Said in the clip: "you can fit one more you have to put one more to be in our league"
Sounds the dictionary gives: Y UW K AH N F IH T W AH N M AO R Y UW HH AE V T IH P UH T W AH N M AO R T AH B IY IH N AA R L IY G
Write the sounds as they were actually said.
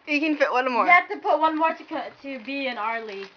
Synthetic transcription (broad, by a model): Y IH K AH N F IH T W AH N M AO R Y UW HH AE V T IH P UH T W AH N M AO R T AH B IY IH N AA R L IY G